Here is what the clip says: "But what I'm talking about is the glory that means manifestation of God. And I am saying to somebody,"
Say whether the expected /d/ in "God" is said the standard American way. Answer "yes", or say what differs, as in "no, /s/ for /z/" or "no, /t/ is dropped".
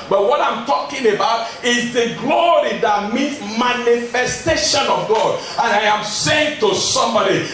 yes